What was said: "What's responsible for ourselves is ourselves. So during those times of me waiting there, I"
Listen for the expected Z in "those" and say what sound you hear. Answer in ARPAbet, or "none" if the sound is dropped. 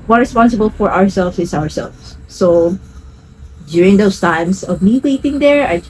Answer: S